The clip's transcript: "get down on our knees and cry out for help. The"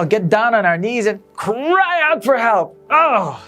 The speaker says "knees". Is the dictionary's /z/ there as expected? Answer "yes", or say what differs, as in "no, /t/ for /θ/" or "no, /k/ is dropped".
yes